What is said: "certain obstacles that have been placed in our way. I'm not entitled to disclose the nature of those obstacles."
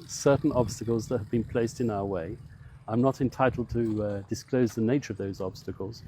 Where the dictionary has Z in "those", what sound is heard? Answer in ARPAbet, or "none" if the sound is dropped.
Z